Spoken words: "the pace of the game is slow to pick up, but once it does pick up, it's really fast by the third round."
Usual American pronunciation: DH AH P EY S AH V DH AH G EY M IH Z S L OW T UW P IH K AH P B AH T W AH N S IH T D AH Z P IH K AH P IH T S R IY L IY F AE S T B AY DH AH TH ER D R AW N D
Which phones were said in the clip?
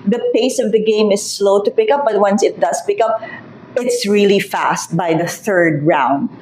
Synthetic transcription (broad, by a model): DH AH P EY S AH V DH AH G EY M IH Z S L OW T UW P IH K AH P B AH T W AH N S IH T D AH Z P IH K AH P IH T S R IY L IY F AE S T B AY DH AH TH ER D R AW N D